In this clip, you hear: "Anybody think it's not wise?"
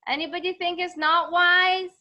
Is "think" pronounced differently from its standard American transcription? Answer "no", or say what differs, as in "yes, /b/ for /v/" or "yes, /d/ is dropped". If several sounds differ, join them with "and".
no